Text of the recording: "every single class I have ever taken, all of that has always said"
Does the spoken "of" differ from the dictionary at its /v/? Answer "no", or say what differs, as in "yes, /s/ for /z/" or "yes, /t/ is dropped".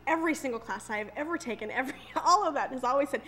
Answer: no